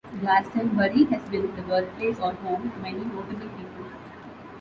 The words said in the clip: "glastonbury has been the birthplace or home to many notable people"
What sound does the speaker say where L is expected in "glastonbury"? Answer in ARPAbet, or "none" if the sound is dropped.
none